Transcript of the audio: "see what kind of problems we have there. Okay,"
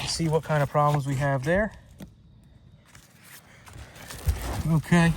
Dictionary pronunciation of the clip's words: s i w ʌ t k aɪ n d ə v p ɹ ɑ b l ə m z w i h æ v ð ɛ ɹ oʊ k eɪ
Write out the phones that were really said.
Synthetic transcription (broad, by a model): s i w ʌ t k aɪ n d ə v p ɹ ɑ b l ə m z w i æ v ð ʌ ɹ oʊ k eɪ